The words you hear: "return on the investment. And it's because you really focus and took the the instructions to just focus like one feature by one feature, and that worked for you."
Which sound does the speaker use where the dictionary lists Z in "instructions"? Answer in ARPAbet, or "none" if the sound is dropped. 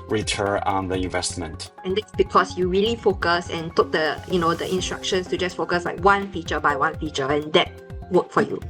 S